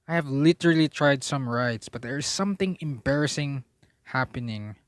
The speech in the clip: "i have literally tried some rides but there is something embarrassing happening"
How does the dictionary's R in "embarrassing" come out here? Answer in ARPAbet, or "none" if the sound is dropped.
R